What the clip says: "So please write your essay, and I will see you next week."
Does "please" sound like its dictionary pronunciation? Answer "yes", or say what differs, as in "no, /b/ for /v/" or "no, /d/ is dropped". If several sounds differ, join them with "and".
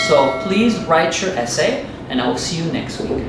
yes